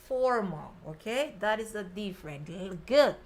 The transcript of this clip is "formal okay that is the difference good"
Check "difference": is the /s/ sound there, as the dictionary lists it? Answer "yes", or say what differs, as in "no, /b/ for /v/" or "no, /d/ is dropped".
no, /s/ is dropped